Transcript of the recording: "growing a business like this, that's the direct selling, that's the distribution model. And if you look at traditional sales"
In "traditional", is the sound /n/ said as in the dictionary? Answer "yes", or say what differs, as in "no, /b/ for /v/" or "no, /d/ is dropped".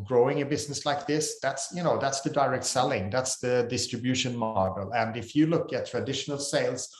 yes